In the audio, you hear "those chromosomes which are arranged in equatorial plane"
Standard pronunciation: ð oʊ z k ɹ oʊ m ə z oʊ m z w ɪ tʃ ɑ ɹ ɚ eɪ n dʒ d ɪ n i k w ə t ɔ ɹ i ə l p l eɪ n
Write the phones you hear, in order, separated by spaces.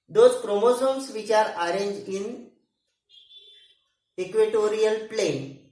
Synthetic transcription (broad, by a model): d oʊ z k ɹ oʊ m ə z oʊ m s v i tʃ ɑ ɹ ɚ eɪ n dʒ ɪ n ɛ k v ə t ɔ ɹ i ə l p l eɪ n